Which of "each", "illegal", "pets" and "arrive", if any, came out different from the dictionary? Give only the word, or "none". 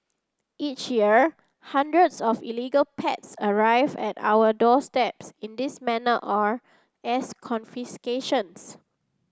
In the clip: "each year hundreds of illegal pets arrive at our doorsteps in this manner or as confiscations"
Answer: none